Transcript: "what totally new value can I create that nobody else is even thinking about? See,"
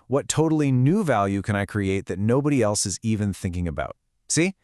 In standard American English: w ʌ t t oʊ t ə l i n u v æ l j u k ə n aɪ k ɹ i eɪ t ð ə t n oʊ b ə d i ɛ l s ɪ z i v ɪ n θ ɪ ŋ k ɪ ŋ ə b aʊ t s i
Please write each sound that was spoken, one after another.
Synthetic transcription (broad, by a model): w ʌ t t oʊ t l i n u v æ l j u k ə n aɪ k ɹ i eɪ t ð ə t n oʊ b ə d i ɛ l s ɪ z i v ɪ n θ ɪ ŋ k ɪ ŋ ə b aʊ t s i